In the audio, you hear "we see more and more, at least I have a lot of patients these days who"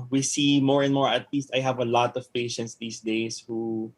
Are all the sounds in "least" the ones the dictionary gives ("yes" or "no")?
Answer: yes